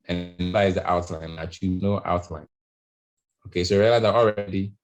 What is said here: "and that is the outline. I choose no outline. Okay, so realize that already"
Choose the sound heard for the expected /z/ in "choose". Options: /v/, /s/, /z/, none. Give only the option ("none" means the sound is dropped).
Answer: none